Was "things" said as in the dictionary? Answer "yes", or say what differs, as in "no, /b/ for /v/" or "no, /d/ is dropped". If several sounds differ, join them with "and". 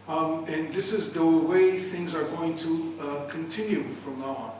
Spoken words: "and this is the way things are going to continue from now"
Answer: yes